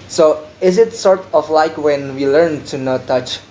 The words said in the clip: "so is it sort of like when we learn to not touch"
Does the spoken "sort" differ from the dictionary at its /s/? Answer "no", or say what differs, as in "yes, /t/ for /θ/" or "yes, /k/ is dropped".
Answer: no